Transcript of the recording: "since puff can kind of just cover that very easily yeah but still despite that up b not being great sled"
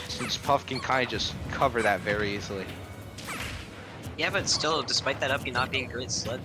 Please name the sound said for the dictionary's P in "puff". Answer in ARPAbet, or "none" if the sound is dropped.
P